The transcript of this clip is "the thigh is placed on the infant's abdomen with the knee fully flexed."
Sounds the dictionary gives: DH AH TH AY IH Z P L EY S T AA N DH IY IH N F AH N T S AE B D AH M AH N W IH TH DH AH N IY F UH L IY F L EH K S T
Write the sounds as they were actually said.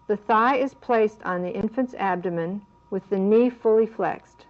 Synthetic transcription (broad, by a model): DH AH TH AY IH Z P L EY S T N DH IY IH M F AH N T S AE B D AH M AH N W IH DH AH N IY F UH L IY F L EH K S T